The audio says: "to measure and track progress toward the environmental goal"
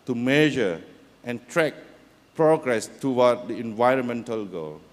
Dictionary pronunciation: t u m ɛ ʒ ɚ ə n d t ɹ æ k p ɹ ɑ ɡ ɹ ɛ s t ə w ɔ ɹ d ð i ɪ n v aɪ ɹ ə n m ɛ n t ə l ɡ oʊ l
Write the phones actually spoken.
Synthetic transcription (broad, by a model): t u m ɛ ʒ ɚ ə n t ɹ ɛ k p ɹ ɑ ɡ ɹ ɛ s t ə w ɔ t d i ɪ n v aɪ ɹ ə n m ɛ n t ə l ɡ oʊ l